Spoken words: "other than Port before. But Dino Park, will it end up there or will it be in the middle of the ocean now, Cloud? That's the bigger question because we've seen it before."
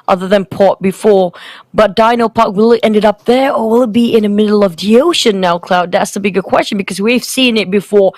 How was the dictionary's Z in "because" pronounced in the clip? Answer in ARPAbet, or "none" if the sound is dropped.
Z